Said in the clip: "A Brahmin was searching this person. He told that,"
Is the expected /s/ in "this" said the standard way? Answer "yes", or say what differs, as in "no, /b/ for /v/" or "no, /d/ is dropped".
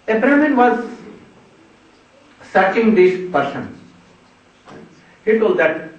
no, /ʃ/ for /s/